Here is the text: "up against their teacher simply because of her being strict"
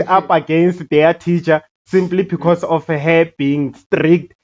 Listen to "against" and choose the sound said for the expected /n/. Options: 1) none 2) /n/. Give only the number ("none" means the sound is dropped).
2